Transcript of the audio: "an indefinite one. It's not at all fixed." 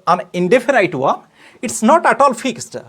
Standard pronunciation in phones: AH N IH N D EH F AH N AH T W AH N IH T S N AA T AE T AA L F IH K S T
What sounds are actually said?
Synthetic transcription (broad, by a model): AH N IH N D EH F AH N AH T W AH IH T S N AA T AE T AA L F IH K S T